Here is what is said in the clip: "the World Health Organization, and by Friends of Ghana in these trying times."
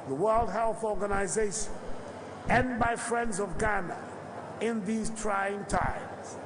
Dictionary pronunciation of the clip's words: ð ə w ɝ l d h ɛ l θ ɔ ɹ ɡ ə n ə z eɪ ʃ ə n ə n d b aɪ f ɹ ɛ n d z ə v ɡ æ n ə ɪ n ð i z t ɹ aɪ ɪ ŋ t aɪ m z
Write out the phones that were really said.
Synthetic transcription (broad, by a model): ð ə w ɝ l d h ɛ l θ ɔ ɹ ɡ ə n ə z eɪ ʃ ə n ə n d b aɪ f ɹ ɛ n d z ə v ɡ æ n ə ɪ n ð i z t ɹ aɪ ɪ ŋ t aɪ m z